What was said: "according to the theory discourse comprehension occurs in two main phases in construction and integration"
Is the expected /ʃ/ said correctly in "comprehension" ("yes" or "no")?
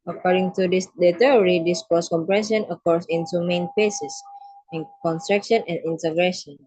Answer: no